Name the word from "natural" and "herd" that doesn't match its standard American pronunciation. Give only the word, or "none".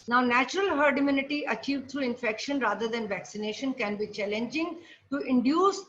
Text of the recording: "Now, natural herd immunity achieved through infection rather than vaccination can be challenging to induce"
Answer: none